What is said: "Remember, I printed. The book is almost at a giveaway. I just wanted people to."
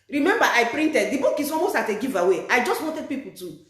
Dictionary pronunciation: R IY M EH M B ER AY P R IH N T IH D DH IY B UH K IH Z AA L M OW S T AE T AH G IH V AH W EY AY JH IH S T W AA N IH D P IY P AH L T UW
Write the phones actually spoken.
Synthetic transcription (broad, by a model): R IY M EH M B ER AY P R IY N T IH D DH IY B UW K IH S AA M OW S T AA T AH G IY V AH W EY AY JH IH S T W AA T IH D P IY P AH L T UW